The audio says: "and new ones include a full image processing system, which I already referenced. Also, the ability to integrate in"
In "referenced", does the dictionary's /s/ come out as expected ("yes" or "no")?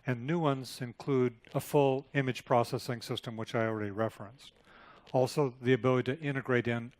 yes